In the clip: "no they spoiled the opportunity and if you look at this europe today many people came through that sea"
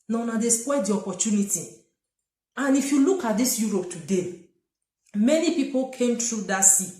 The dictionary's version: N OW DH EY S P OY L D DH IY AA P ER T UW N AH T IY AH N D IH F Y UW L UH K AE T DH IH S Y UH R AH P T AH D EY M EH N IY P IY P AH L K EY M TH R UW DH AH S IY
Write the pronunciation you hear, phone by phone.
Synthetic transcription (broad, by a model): N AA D EY S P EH D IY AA P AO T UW N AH T IY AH N IH F Y UW L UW K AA T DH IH S Y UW R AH P T AH D EY M EH N IY P IY P AH L K EY M T R UW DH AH S IY